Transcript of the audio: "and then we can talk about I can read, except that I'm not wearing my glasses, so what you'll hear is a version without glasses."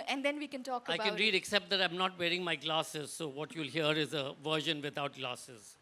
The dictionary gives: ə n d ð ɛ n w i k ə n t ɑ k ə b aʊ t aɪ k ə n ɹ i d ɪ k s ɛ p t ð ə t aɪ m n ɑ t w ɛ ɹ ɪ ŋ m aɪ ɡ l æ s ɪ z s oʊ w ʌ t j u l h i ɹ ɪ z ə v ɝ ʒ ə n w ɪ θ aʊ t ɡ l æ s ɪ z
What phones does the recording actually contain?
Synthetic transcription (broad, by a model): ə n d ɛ n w i k ə n t ɑ k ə ɪ aɪ k ə n ɹ i d ɪ k s ɛ p t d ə t aɪ m n ɑ t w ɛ ɹ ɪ ŋ m aɪ ɡ l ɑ s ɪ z s oʊ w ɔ t j u l h i ɹ ɪ z ə v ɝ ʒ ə n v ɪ t aʊ t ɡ l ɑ s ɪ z